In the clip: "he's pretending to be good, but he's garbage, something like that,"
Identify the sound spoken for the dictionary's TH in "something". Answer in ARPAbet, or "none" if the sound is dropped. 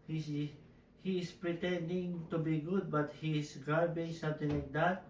T